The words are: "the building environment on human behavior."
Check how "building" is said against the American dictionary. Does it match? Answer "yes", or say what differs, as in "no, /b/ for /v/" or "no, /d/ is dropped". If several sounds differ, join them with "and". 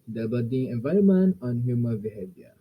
no, /l/ is dropped